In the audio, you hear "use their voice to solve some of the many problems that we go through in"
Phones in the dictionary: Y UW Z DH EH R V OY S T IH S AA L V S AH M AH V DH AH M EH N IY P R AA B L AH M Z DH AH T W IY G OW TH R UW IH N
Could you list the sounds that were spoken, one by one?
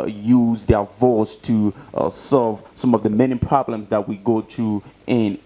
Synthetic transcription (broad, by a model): Y UW Z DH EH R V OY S T IH S AA L V S AH M AH V DH AH M EH N IY P R AA B L AH M Z DH AH T W IY G OW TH R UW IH N